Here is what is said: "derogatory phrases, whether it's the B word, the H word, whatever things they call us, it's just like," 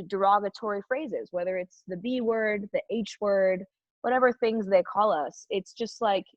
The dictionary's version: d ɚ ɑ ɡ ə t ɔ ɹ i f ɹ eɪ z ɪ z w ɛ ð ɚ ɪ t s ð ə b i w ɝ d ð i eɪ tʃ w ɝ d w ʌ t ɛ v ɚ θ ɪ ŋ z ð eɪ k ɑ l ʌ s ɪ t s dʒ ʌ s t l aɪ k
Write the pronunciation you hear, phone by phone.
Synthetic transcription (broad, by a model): d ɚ ɑ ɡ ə t ɔ ɹ i f ɹ eɪ z ɪ z w ɛ ð ɚ ɪ t s ð ə b i w ɝ d ð i eɪ tʃ w ɝ d w ʌ t ɛ v ɚ θ ɪ ŋ z ð eɪ k ɑ l ʌ s ɪ t s dʒ ʌ s t l aɪ k